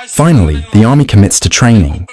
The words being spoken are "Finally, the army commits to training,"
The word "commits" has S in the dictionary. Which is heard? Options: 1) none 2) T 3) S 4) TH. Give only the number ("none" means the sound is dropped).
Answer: 3